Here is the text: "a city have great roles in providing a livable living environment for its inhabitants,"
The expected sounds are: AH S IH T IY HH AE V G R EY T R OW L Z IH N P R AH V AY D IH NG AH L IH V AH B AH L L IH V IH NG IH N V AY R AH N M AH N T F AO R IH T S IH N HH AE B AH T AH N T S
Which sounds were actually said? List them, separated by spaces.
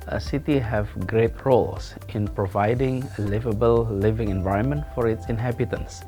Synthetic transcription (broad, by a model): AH S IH T IY HH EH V G R EY T R OW L S IH N P R AH V AY D IH NG AH L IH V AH B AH L L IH V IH NG IH N V AY R AH N M AH N T F AO R IH T S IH N HH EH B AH T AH N S